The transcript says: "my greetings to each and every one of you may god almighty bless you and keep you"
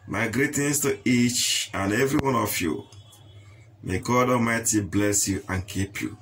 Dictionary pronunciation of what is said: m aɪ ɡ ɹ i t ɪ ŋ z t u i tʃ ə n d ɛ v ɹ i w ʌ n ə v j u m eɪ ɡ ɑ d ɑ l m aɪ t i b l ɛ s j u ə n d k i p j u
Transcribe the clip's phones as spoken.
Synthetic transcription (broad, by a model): m aɪ ɡ ɹ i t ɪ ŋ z t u i tʃ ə n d ɛ v ɹ i w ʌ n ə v j u m eɪ ɡ ɑ d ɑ m aɪ t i b l ɛ s j u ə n k i p j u